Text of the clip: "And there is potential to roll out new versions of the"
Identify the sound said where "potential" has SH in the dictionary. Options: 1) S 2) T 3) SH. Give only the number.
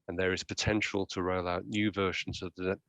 3